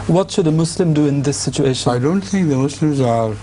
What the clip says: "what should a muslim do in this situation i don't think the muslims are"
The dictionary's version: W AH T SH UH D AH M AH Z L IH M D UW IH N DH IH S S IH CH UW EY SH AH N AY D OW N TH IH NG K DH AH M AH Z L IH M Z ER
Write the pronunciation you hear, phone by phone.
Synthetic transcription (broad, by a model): W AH T SH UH D AH M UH S L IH M D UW IH N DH IH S S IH CH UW EY SH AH AY D OW N TH IH NG K DH AH M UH S L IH M Z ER